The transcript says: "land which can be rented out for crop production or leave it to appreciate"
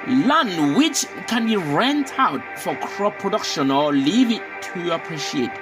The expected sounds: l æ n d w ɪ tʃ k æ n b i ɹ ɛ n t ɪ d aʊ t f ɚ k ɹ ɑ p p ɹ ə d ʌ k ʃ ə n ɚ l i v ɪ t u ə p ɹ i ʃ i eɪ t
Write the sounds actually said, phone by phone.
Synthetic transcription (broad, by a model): l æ n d w ɪ tʃ k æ n b i ɹ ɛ n t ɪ ʊ t f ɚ k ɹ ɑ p p ɹ ə d ʌ k ʃ ə n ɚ l i v ɪ t u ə p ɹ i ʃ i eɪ t